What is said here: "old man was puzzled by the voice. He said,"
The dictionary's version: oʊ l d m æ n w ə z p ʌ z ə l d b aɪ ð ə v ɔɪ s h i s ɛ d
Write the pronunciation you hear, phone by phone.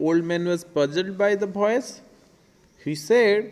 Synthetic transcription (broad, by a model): oʊ l d m æ n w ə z b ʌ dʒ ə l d b aɪ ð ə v ɔɪ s h i s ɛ d